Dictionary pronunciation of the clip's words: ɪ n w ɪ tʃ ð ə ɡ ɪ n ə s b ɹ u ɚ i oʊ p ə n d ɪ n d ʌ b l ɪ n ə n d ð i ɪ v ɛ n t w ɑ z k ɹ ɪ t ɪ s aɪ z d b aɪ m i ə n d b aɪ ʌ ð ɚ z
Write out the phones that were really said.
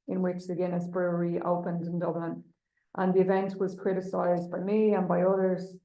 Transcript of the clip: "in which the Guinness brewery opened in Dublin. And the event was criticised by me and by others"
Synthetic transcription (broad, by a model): ɪ n w ɪ tʃ ð ə ɡ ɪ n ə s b ɹ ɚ i oʊ p ə n d ɪ n d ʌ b l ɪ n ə n ð i ɪ v ɛ n t w ɑ z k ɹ ɪ t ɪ s aɪ z b aɪ m i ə n b aɪ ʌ ð ɚ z